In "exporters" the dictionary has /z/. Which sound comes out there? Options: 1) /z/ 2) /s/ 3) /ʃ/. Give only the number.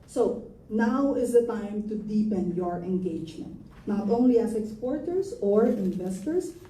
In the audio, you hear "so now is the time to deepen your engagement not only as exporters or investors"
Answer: 2